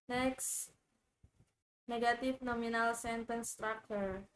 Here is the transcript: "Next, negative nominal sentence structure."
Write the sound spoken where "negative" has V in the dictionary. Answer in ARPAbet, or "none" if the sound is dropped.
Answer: F